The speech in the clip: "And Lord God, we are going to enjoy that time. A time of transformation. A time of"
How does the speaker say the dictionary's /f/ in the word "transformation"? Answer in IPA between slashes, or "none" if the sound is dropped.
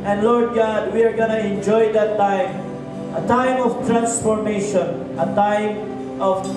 /p/